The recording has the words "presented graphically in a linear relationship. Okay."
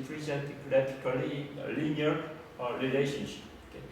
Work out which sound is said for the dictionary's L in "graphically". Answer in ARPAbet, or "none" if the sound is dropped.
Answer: none